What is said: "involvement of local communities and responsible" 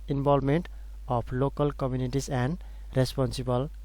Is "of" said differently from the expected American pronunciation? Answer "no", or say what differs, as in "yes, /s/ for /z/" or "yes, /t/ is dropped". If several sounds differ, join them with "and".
yes, /p/ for /v/